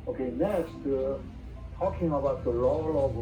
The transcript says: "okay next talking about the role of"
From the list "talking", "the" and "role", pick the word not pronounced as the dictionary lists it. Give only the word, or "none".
role